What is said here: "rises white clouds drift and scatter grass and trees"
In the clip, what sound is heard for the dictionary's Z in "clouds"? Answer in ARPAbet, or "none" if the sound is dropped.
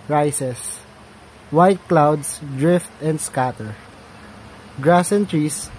S